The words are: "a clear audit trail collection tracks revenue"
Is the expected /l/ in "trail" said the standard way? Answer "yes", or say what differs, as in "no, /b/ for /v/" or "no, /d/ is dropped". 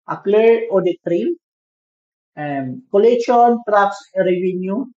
no, /n/ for /l/